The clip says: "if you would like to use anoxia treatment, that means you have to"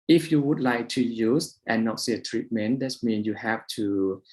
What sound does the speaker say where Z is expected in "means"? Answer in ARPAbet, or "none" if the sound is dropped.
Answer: none